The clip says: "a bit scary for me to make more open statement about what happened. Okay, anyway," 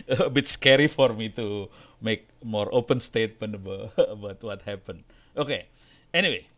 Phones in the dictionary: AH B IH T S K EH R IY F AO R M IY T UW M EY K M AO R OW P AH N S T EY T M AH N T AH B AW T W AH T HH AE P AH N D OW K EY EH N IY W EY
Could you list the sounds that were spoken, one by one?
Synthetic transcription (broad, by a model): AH B IH T S K EH R IY F AO R M IY T UW M EY K M AO R OW P AH N S T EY T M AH N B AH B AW T W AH T HH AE P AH N OW K EY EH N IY W EY